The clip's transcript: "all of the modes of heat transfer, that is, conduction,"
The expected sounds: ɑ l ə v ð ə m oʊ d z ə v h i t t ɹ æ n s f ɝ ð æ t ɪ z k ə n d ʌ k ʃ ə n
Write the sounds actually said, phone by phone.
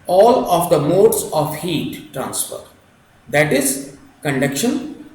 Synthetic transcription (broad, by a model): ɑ l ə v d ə m oʊ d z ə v h i t t ɹ æ n s f ɝ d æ t ɪ z k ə n d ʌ k ʃ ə n